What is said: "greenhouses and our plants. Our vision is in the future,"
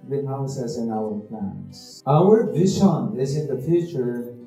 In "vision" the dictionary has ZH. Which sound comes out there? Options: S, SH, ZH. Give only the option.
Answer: SH